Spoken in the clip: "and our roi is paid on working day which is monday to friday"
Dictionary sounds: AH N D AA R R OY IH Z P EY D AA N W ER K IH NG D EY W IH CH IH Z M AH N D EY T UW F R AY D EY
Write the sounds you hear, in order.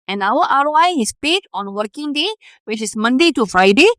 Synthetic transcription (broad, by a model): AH N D AA R W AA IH S P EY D AA N W ER K IH NG D EY W IH CH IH S M AH N D EY T UW F R AY D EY